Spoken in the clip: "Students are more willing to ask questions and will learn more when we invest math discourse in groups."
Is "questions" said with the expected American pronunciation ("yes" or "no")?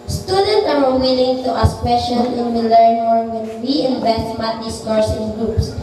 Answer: no